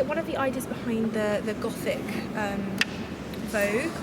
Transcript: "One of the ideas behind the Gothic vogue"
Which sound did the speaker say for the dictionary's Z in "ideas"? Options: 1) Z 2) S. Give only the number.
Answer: 1